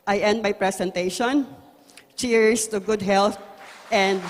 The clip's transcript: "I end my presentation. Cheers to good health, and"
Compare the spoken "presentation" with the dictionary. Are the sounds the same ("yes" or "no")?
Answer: no